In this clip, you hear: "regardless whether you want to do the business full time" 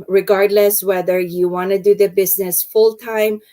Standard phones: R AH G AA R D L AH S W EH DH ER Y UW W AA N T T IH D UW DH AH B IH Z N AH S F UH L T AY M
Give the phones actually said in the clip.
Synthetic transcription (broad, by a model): R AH G AA R D L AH S W EH DH ER Y UW W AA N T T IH D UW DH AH B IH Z N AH S F UH L T AY M